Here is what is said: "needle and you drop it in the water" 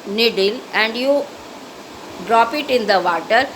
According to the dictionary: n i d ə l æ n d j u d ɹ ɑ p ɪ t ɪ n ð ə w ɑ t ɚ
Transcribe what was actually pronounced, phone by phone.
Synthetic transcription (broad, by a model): n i d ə l æ n d j u d ɹ ɑ p ɪ t ɪ n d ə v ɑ t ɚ